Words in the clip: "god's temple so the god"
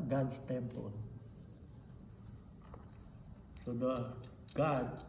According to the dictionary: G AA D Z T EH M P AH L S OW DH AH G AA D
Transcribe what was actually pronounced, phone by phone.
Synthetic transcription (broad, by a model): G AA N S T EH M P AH N S OW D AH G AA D